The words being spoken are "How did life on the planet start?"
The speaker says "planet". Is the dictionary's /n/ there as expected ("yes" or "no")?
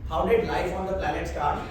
no